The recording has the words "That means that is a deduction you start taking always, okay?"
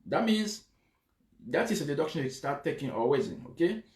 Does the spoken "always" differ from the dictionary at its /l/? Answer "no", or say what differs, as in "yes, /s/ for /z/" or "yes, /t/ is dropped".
yes, /l/ is dropped